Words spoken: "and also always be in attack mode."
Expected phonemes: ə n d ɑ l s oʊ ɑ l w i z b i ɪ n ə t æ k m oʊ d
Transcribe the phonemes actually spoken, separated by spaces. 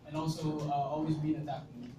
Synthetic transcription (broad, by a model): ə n ɑ l s oʊ ɑ l w i z b i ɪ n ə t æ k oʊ